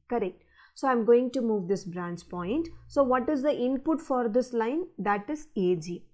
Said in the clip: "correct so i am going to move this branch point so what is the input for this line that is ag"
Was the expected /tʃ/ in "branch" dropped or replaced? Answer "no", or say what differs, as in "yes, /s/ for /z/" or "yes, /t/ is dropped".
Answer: yes, /s/ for /tʃ/